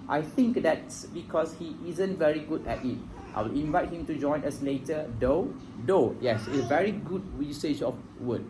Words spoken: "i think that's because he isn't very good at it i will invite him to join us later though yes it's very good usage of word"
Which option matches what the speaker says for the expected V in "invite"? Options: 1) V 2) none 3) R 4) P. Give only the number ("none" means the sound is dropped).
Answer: 1